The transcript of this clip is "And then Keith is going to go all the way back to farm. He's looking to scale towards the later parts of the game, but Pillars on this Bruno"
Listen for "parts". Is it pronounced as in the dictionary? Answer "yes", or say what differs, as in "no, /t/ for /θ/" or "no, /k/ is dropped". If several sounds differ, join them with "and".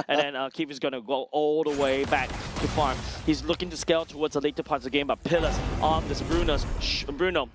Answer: no, /s/ is dropped